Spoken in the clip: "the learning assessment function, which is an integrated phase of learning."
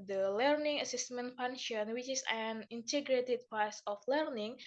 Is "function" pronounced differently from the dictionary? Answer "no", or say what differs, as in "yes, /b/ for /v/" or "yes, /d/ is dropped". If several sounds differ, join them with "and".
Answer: yes, /k/ is dropped